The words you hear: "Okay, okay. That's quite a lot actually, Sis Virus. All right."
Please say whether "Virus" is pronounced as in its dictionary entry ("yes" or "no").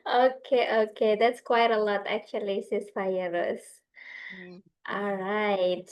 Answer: no